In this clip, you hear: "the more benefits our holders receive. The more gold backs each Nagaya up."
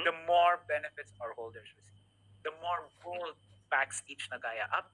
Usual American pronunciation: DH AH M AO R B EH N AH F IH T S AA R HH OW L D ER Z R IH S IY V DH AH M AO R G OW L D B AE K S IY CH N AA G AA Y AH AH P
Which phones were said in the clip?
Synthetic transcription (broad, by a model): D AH M AO R B EH N AH F IH T S AA R HH OW L D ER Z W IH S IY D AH M AO R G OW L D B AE K S IY CH N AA G AA Y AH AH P